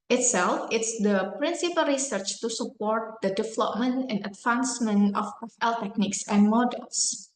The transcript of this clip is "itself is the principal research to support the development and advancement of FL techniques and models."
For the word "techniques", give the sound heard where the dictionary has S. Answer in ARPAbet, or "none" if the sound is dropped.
S